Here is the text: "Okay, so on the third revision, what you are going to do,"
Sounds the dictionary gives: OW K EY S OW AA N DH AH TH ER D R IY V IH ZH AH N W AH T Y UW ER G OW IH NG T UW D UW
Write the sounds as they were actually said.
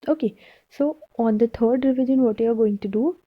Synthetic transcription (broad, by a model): OW K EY S OW AA N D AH T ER D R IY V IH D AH N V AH T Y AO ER G OW IH NG T UW D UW